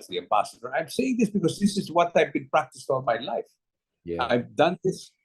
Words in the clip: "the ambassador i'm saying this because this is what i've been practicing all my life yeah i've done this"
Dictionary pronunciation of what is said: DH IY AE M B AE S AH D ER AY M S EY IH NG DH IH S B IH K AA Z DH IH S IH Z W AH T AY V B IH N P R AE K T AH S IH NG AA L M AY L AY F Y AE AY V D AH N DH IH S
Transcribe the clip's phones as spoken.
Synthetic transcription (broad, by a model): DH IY AE M B AE S AH D ER AY M S EY IH NG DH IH S B IH K AA Z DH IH S IH Z W AH T AY V B IH N P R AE K T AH S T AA N M AY L AY F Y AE AY V D AH N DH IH S